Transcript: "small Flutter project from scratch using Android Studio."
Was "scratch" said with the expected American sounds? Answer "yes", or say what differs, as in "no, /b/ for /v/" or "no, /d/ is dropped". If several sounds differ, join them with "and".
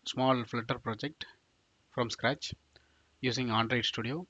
yes